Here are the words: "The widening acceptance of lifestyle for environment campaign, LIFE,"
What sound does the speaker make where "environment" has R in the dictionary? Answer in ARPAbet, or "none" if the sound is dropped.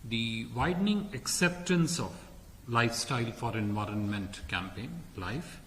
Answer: R